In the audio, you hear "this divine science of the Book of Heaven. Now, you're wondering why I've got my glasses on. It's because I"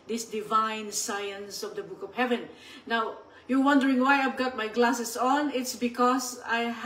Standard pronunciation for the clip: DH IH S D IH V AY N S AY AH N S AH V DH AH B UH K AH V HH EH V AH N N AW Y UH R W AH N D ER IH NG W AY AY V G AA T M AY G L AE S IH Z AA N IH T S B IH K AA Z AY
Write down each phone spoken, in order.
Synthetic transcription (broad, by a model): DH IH S D IH V AY N S AY AH N S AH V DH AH B UH K AH V HH EH V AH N N AW Y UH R W AH N D ER IH NG W AY AY V G AA T M AY G L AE S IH S AA N IH T S B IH K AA S AY